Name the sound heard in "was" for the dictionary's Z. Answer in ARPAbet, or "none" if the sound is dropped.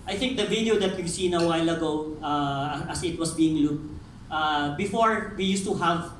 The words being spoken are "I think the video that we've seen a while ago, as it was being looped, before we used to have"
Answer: S